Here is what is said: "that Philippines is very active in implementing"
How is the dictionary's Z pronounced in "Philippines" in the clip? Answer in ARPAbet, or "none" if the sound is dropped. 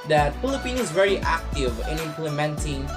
none